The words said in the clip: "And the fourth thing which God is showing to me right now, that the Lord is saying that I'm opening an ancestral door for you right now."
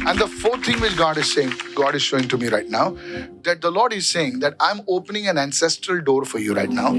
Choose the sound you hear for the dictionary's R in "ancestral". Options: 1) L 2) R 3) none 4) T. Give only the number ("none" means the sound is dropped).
2